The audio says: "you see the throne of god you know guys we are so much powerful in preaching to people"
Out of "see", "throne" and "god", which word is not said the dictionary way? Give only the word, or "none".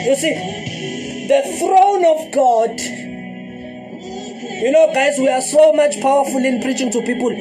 none